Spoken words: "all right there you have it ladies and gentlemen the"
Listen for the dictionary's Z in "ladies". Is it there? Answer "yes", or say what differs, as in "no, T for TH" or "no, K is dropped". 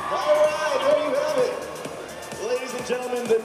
yes